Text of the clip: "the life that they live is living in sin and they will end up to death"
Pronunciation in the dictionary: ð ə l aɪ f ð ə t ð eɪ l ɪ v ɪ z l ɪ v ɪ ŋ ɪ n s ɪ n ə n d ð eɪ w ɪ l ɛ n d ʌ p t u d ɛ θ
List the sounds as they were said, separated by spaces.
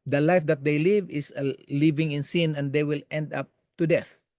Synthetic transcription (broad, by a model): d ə l aɪ f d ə t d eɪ l ɪ v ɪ s l ɪ v ɪ ŋ ɪ n s ɪ n ə n d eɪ w ɪ l ɛ n d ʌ p t u d ɛ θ